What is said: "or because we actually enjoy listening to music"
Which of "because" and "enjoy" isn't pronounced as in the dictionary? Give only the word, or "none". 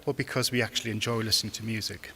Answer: none